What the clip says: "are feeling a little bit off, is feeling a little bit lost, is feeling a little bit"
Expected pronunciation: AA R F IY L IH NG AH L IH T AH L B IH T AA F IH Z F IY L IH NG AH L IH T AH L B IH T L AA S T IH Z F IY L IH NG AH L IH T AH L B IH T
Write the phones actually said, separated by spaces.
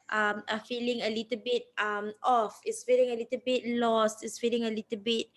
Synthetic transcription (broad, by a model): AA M F IY L IH NG AH L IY T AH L B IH T AA F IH S F IY L IH NG AH L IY T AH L B IH T L AA S T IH S F IY L IH NG AH L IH T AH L B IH T